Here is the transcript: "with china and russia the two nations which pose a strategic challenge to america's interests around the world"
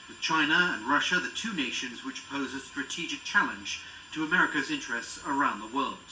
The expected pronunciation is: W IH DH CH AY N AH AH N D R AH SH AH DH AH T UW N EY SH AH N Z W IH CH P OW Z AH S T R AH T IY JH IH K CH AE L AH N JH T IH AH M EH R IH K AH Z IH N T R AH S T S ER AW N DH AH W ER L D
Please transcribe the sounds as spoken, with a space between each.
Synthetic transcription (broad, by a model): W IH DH CH AY N AH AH N R AH SH AH DH AH T UW N EY SH AH N Z W IH CH P OW Z AH S T R AH T IY JH IH K CH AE L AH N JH T IH AH M EH R IH K AH Z IH N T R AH S T S ER AW N DH AH W ER L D